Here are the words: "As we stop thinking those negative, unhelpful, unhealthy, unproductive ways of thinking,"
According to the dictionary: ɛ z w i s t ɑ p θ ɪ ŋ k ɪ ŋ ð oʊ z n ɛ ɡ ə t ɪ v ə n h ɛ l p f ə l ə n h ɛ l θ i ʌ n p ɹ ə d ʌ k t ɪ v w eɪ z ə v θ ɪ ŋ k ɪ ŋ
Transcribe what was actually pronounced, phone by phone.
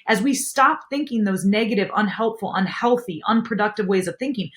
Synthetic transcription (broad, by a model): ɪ z w i s t ɑ p θ ɪ ŋ k ɪ ŋ ð oʊ z n ɛ ɡ ə t ɪ v ə n h ɛ l p f l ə n h ɛ l θ i ʌ n p ɹ ə d ʌ k t ɪ v w eɪ z ə v θ ɪ ŋ k ɪ ŋ